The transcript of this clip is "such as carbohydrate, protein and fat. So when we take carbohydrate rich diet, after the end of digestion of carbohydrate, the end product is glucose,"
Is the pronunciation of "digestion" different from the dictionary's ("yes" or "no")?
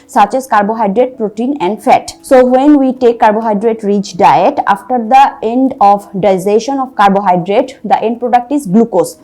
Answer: yes